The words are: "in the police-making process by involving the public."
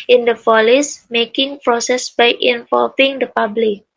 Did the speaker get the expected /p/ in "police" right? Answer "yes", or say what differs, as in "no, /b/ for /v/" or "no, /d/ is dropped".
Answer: no, /f/ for /p/